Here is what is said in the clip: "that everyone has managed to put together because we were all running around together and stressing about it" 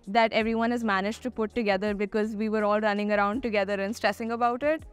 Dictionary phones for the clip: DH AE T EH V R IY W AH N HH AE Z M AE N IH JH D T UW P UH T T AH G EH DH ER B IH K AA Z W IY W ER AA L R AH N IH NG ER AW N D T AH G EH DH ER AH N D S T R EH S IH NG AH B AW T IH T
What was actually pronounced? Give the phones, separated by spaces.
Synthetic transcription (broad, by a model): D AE T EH V R IY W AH N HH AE Z M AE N IH JH T UW P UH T T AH G EH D ER B IH K AA Z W IY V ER AA L R AH N IH NG ER AW N D T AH G EH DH ER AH N S T R EH S IH NG AH B AW T IH T